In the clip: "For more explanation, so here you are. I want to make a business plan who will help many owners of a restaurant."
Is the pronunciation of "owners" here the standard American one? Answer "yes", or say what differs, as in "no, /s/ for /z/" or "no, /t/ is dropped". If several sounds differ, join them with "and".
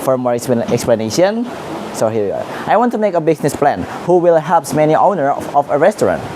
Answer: no, /z/ is dropped